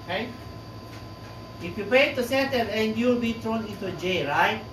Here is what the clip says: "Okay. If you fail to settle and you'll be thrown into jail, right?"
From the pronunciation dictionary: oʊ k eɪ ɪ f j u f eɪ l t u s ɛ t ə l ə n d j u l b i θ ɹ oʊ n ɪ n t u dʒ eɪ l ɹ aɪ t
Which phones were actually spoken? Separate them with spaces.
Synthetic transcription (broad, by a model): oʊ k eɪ ɪ f j u p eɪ t u s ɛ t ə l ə n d j u l b i t ɹ oʊ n ɪ n t u dʒ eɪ ɹ aɪ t